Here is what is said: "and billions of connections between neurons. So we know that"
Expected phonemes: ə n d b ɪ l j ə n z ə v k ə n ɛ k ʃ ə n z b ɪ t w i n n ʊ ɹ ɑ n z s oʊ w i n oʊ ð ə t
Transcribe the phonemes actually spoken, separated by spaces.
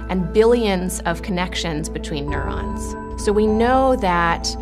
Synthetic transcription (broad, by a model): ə n b ɪ l j ə n z ə v k ə n ɛ k ʃ ə n z b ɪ t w i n n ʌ ɹ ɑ n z s oʊ w i n oʊ ð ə t